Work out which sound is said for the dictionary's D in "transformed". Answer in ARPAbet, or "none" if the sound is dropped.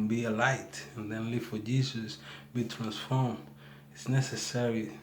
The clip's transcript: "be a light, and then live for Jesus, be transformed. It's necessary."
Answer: none